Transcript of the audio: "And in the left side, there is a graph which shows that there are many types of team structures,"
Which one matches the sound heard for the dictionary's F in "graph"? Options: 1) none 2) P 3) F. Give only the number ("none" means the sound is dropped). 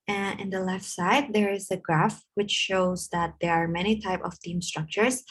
3